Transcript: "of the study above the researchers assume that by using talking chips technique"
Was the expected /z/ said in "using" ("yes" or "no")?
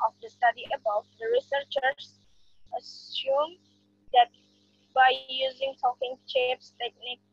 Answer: yes